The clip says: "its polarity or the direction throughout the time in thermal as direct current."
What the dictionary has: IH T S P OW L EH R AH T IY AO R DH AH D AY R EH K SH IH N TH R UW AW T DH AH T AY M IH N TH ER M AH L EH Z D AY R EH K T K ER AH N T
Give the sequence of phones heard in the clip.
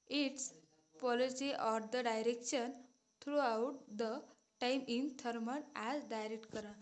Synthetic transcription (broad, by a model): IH T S P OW L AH S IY AO R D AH D AY R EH K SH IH N T R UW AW T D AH T AY M IH N T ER M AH N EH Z D AY R EH K T K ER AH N